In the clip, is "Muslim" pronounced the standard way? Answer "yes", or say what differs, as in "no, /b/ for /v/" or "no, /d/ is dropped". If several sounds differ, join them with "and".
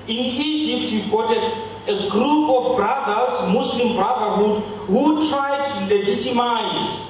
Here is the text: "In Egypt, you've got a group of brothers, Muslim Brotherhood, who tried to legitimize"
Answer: no, /s/ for /z/